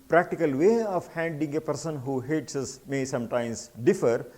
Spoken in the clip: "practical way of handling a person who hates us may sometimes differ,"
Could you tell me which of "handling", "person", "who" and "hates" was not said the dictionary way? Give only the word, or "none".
handling